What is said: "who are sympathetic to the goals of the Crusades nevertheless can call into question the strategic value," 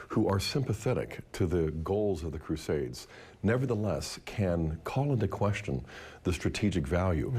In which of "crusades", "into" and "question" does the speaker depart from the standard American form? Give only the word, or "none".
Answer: none